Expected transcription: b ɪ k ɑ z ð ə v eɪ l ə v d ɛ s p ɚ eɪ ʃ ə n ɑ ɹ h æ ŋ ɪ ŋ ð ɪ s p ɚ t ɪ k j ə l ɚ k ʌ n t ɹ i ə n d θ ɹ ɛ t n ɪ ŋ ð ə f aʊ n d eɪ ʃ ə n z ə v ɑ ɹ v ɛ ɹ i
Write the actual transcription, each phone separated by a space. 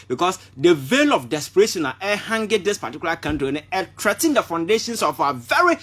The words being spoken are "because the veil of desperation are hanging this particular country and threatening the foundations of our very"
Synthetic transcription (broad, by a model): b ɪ k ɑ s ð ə v eɪ l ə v d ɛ s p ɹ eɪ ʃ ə n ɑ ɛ h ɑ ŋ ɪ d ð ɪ s p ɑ t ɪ k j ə l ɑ k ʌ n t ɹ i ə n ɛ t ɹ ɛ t ɪ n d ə f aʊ n d eɪ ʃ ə n s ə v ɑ v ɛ ɹ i